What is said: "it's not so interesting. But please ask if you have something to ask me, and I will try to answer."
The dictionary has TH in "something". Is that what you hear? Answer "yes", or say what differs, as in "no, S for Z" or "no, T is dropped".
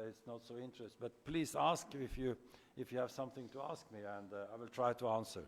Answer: yes